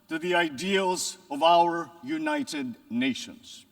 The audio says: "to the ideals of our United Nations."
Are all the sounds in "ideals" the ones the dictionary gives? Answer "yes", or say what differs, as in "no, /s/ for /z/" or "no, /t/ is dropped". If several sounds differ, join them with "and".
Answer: yes